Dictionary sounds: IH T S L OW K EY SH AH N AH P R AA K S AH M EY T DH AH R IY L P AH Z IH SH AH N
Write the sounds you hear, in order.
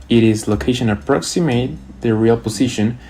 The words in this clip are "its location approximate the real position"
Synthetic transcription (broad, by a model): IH T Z L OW K EY SH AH N AH P R AA K S AH M EY T DH AH R IY L P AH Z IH SH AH N